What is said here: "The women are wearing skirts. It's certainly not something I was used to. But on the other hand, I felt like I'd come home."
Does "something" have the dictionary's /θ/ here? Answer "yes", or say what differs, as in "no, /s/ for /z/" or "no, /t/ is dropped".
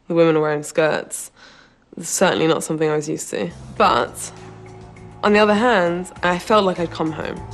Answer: yes